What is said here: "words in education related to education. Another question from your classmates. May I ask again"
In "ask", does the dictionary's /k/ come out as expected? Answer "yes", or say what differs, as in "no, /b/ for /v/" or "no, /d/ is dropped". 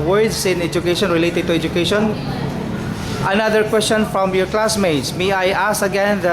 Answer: no, /k/ is dropped